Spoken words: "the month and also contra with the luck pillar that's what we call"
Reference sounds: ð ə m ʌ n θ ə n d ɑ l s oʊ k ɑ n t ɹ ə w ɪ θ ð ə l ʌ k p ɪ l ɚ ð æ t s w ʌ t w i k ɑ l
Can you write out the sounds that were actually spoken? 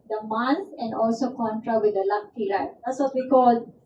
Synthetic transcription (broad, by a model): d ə m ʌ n s ə n d ɑ l s oʊ k ɑ n t ɹ ə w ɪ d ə l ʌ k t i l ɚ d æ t s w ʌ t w i k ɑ l